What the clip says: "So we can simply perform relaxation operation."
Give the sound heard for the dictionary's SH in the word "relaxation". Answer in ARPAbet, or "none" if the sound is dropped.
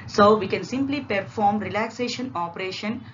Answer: SH